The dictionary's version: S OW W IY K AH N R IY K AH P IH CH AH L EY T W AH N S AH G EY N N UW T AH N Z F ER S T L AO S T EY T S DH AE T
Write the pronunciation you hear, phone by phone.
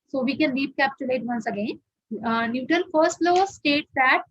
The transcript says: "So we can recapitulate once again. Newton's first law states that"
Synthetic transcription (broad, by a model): S OW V IY K AH N L IY K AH P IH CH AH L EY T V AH N S AH G EY N N UW T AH N F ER S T L AO S T EY T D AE T